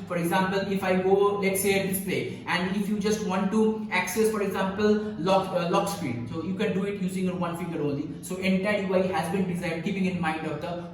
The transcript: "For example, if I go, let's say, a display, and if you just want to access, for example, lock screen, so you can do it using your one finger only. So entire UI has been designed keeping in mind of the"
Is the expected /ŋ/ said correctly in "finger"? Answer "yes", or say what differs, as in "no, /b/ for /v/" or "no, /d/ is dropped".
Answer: no, /ŋ/ is dropped